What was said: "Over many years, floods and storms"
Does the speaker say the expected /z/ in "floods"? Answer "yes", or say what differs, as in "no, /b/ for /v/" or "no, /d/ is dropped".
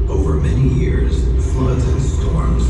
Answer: yes